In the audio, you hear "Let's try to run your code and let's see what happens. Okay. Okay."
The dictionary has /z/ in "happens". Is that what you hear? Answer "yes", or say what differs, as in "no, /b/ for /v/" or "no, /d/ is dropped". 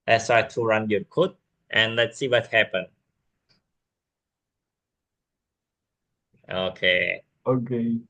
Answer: no, /z/ is dropped